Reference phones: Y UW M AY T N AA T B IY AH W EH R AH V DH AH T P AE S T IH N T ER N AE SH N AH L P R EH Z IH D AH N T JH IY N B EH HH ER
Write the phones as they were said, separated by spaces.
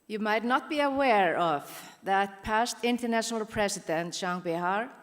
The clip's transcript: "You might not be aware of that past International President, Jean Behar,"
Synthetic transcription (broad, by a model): Y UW M AY T N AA T B IY AH W EH R AH V DH AH T P AE S T IH N T ER N AE SH N AH L P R EH S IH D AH N T SH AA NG B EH HH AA